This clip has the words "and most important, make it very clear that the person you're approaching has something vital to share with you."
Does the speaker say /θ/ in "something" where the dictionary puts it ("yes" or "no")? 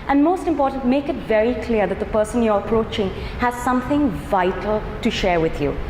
yes